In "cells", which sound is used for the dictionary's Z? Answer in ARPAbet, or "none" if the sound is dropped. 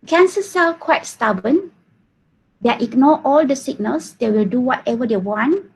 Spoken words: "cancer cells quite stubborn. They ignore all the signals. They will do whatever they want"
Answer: none